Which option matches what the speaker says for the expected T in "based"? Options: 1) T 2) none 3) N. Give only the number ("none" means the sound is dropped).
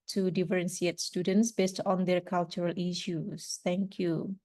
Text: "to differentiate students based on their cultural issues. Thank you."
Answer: 1